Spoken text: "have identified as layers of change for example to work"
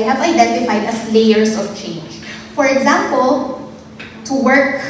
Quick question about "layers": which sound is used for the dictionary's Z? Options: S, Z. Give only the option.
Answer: S